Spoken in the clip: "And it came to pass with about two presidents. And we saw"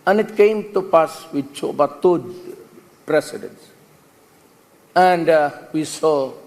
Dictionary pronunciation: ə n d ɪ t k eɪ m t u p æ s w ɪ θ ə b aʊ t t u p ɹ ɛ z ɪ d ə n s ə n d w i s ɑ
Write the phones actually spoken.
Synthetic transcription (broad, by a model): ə n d ɪ t k eɪ m t u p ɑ s w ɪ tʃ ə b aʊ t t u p ɹ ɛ s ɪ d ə n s ə n d w i s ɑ